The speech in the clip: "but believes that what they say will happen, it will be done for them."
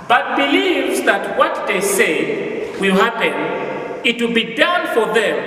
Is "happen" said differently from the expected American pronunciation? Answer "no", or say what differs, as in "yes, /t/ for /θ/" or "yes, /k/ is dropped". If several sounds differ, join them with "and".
no